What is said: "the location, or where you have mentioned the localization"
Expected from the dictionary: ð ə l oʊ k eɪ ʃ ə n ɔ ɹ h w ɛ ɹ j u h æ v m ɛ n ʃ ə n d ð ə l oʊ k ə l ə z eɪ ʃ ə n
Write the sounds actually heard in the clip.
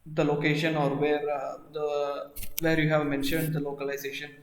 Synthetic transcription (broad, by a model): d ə l oʊ k eɪ ʃ ə n ɔ ɹ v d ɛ ɹ j u h æ v m ɛ n ʃ ə n d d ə l oʊ k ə l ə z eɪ ʃ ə n